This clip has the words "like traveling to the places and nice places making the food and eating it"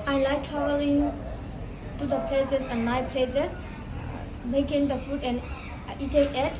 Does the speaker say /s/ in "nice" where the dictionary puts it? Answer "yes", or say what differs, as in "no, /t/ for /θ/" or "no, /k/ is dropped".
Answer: no, /s/ is dropped